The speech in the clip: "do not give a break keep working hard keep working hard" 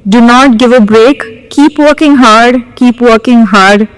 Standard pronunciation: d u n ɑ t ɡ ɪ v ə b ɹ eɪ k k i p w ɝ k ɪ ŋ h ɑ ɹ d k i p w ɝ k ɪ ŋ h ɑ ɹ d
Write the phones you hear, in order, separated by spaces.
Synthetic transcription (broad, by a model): d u n ɑ t ɡ ɪ v ə b ɹ eɪ k k i p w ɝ k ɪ ŋ h ɑ ɹ d k i p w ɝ k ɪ ŋ h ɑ ɹ d